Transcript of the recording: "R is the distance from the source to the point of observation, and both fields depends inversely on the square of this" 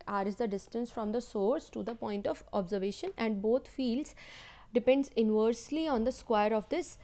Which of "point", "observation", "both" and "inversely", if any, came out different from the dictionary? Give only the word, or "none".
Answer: both